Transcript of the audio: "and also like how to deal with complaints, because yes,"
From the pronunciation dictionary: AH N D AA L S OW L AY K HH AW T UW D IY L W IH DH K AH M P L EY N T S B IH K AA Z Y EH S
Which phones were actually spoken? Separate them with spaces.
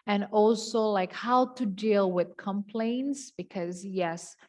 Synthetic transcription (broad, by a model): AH N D AA L S OW L AY K HH AW T UW D IY L W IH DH K AH M P L EY N T S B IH K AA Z Y EH S